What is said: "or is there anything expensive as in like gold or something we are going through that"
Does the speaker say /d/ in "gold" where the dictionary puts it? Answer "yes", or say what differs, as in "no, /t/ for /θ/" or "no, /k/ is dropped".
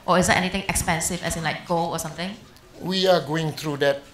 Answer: no, /d/ is dropped